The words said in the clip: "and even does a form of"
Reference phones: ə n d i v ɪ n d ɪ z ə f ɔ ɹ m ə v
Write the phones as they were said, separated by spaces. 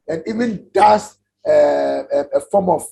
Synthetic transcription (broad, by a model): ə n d i v ɪ n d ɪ s ə f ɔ m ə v